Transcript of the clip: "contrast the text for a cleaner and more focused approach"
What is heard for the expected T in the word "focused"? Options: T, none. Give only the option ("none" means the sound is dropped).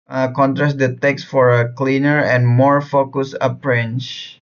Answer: none